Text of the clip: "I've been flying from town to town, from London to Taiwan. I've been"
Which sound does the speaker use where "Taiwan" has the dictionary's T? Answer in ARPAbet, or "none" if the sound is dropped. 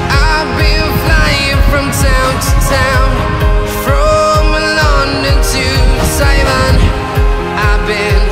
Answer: S